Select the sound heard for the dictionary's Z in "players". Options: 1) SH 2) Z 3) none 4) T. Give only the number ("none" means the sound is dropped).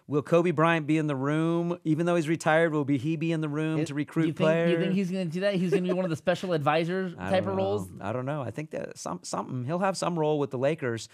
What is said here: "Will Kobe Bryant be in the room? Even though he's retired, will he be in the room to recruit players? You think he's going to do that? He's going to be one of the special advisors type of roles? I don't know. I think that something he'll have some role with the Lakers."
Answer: 3